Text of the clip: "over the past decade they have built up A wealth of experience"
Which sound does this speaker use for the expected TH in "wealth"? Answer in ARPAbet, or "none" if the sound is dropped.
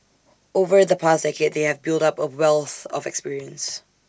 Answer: TH